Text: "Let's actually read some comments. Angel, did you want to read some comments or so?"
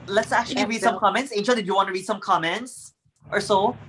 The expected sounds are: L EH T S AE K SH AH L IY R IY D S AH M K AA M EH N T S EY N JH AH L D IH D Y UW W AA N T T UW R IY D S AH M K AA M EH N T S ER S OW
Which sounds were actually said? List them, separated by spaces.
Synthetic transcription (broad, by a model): L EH T S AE K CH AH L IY R IY D S AH M K AA M EH N T S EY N SH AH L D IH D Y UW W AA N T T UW R IY D S AH M K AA M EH N T S ER S OW